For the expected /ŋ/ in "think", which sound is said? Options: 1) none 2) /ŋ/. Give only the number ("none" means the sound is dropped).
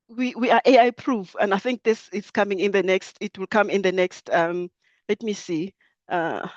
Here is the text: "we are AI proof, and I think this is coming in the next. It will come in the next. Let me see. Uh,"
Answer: 2